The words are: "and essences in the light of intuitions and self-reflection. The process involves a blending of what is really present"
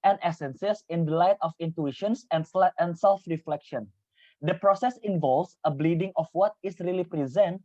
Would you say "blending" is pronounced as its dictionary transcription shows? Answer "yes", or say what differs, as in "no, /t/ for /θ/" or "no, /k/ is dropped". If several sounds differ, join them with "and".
no, /n/ is dropped